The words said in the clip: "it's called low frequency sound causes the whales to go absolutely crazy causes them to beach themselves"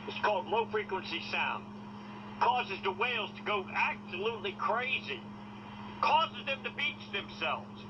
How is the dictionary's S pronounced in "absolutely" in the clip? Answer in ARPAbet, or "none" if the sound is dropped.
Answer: S